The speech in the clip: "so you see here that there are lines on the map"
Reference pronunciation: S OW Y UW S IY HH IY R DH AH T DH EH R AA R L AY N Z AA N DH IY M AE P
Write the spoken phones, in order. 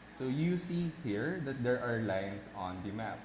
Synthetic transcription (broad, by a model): S OW Y UW S IY HH IY R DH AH T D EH R AA R L AY N S AA N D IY M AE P